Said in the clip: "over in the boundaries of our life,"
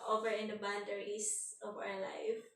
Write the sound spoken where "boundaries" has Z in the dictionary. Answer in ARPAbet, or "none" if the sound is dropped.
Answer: S